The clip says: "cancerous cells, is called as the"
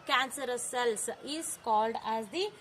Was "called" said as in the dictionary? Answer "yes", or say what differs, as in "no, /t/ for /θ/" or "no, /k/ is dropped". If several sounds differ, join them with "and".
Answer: yes